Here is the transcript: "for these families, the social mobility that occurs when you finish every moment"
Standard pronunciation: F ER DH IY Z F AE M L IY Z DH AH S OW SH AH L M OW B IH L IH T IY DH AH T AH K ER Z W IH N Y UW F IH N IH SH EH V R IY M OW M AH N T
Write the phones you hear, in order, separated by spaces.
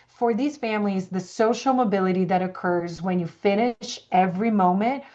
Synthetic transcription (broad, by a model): F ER DH IY Z F AE M L IY Z DH AH S OW SH L M OW B IH L IH T IY DH AH T AH K ER Z W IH N Y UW F IH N IH SH EH V R IY M OW M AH N T